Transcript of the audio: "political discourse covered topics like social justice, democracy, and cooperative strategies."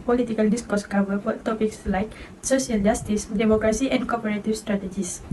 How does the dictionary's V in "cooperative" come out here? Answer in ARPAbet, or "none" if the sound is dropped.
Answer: F